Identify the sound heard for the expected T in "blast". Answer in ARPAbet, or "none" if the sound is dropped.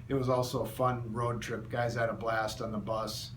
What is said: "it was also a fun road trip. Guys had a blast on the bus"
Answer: T